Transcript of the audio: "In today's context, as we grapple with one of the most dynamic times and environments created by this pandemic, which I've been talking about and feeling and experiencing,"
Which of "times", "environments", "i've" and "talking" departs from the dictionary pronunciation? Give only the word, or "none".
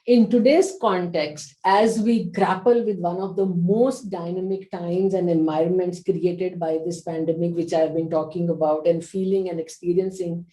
none